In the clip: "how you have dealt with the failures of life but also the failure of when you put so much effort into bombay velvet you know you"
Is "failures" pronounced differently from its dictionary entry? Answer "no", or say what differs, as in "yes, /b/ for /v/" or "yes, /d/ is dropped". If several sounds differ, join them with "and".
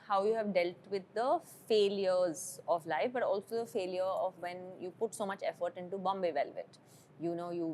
no